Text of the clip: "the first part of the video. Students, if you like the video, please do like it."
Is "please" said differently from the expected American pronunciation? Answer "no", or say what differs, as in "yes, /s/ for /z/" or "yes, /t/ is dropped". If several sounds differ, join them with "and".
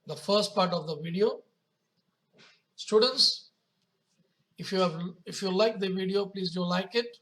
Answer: no